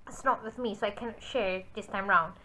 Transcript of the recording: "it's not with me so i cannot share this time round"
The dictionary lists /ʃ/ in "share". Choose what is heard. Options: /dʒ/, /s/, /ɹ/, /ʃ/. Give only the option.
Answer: /ʃ/